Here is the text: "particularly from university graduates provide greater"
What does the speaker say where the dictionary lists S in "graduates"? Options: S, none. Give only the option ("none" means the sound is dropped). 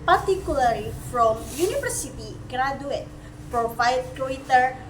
none